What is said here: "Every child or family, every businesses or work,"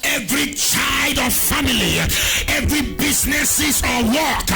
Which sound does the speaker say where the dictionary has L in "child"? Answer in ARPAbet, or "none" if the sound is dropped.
L